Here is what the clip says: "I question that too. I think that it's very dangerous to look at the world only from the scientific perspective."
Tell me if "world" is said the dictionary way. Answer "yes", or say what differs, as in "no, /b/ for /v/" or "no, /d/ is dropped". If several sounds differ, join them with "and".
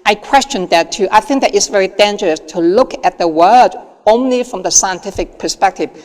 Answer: no, /l/ is dropped